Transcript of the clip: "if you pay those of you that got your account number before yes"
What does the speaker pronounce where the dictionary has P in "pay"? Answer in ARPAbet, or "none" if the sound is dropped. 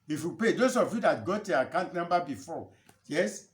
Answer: P